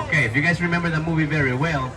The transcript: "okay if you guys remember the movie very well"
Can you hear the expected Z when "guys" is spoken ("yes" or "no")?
yes